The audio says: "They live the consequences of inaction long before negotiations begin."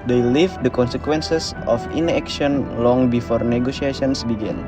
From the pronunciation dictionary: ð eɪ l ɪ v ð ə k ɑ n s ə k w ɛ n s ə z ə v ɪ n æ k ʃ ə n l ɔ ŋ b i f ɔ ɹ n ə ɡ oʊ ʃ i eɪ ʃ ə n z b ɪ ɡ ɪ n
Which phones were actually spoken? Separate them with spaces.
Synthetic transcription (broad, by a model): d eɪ l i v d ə k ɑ n s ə k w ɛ n s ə s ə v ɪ n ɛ k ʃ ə n l ɔ ŋ b i f ɔ ɹ n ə ɡ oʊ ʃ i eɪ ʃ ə n s b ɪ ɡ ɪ n